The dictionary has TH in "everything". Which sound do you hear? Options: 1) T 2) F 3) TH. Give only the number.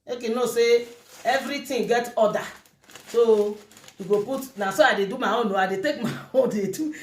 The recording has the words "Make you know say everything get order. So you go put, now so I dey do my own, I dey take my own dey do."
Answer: 1